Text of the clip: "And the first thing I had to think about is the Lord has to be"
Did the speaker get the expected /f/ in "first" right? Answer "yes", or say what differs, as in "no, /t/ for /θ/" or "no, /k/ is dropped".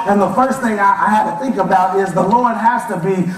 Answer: yes